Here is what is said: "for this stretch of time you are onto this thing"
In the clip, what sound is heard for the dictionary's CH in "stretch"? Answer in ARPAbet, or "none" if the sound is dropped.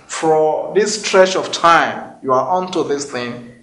SH